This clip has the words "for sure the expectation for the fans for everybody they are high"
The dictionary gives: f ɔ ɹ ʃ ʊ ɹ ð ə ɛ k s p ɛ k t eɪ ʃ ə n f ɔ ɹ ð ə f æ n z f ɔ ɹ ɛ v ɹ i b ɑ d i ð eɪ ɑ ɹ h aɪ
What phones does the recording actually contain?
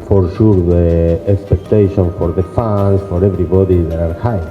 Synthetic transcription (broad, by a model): f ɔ ɹ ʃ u ɹ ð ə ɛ k s p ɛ k t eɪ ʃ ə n f ɔ ɹ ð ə f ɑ n s f ɔ ɹ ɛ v ɹ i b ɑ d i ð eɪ ɑ ɹ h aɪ